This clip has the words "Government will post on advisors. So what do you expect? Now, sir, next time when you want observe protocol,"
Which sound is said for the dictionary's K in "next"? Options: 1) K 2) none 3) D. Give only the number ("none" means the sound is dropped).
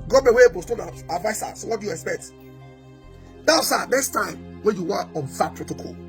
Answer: 2